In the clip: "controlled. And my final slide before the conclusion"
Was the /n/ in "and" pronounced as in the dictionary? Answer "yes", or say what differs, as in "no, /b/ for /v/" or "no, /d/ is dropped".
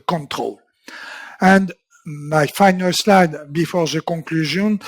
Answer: yes